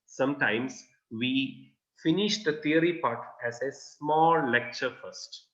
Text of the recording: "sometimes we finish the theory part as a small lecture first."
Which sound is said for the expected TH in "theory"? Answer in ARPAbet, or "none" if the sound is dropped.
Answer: T